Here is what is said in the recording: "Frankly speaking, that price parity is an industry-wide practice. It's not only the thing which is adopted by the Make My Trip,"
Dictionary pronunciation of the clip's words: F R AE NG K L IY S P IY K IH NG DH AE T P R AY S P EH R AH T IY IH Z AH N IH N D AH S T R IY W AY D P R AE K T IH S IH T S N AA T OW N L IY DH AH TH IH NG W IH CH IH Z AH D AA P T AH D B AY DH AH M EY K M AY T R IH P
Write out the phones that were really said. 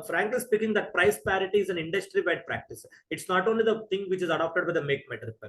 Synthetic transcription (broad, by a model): F R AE NG K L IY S P IY K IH NG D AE T P R AY S P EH R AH T IY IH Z AH N IH N D AH S T R IY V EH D P R AE K T IH S IH T S N AA T OW N L IY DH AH T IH NG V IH CH IH Z AH D AA P T AH D B AY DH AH M EY K M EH T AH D